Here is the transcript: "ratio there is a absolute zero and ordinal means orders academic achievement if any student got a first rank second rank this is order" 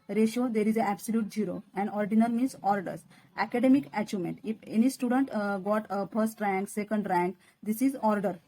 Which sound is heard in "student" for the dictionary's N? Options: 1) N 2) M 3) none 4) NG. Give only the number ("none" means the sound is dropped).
1